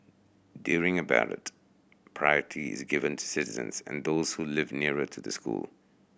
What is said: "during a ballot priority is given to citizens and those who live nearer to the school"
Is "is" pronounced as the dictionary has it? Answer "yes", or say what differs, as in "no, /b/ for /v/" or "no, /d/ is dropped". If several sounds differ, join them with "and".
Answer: yes